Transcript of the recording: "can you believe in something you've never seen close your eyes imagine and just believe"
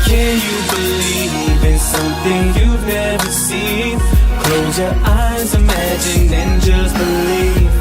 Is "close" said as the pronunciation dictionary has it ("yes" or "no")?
no